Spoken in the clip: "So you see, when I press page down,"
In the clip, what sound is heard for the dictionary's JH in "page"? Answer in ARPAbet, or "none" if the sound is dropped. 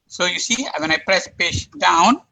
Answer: SH